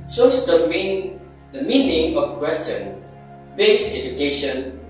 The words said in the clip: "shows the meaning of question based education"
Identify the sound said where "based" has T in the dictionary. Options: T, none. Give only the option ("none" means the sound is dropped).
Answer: none